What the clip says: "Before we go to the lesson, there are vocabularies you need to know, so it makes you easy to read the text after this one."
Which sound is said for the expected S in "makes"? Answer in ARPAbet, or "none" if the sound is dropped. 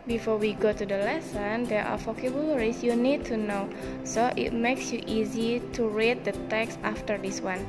S